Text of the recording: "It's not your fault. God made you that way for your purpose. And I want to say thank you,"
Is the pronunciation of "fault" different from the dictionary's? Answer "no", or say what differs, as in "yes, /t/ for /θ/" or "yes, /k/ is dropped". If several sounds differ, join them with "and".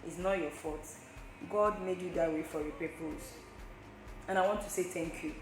yes, /l/ is dropped